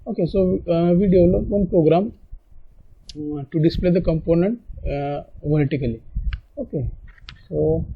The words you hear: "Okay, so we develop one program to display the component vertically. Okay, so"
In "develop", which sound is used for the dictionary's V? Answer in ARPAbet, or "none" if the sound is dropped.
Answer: none